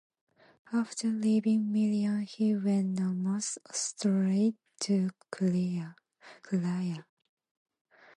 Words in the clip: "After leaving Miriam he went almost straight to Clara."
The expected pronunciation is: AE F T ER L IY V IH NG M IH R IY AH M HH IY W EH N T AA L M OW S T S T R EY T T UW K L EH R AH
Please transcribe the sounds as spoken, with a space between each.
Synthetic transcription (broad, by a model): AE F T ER L IY V IH NG M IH L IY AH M HH IY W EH N AA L M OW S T S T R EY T T UW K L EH AH